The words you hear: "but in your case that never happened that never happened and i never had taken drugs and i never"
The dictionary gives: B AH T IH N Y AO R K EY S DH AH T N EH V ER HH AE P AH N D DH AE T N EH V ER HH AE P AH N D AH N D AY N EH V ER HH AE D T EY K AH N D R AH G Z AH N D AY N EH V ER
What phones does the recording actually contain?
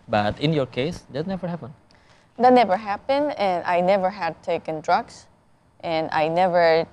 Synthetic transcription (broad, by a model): B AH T IH N Y AO R K EY S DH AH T N EH V ER HH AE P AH N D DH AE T N EH V ER HH AE P AH N D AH N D AY N EH V ER HH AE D T EY K AH N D R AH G S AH N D AY N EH V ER